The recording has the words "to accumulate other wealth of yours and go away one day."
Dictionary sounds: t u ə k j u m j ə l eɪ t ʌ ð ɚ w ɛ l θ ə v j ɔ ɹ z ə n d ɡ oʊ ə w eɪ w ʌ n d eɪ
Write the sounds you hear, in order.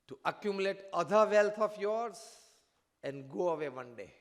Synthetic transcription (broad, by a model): t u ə k j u m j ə l eɪ t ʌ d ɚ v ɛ l t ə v j ɔ ɹ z ə n d ɡ oʊ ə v eɪ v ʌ n d eɪ